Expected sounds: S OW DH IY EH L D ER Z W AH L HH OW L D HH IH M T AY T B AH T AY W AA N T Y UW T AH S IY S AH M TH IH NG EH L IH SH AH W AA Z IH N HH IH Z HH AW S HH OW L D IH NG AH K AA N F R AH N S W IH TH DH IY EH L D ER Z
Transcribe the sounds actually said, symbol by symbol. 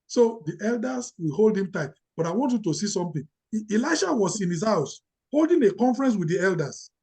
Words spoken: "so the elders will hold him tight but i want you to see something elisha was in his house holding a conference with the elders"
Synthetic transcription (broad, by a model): S OW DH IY EH L D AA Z W AH L HH OW L D HH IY M T AY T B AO T AY W AA N T Y UW T AH S IY S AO M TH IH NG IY L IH SH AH W AA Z IH N HH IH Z HH AW S HH OW L D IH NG AH K AA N F R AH N S W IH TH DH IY EH L D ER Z